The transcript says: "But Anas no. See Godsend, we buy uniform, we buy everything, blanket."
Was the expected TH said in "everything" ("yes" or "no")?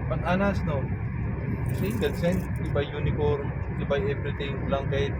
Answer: no